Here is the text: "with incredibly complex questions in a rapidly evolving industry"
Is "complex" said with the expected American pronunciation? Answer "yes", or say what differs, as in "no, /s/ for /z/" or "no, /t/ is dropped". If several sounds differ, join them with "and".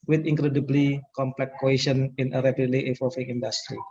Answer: no, /s/ is dropped